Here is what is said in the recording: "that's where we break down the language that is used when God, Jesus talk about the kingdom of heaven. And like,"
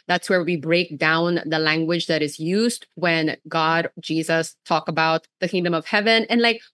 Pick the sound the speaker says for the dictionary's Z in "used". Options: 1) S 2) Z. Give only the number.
2